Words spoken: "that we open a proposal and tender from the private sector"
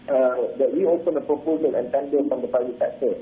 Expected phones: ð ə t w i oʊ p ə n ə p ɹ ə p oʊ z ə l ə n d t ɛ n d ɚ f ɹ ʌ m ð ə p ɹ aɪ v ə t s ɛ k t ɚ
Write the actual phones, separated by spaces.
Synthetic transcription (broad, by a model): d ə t w i oʊ p ə n ə p ɹ ə p oʊ z ə l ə n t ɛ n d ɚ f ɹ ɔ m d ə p aɪ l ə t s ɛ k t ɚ